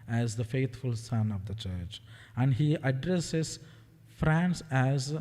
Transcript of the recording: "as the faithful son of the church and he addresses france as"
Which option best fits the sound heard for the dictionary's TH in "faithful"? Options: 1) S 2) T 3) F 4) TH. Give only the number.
2